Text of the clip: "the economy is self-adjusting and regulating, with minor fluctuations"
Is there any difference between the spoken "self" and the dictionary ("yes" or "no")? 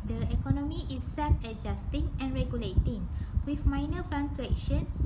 yes